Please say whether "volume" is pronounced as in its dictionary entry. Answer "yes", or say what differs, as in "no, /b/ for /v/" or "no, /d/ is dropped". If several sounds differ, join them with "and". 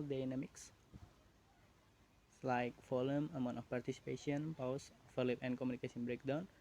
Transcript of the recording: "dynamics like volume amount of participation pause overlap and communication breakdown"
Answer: no, /f/ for /v/